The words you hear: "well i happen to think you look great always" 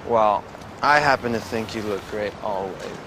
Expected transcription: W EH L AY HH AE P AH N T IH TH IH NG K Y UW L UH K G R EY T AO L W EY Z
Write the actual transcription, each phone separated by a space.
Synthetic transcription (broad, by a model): W EH L AY HH AE P AH N T IH TH IH NG K Y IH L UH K G R EY T AO L W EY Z